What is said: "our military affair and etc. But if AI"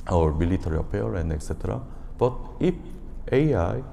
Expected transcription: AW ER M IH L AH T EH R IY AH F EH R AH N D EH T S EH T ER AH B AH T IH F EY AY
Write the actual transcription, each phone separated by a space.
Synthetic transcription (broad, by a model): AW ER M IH L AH T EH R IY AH P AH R AH N D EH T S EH T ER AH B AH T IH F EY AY